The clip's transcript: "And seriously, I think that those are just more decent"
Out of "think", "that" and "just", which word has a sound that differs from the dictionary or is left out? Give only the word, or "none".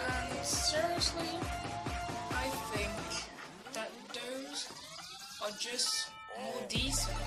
none